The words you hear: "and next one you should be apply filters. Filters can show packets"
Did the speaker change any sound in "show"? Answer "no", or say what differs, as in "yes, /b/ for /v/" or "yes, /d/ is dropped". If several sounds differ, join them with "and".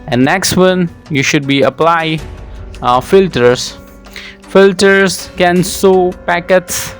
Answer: yes, /s/ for /ʃ/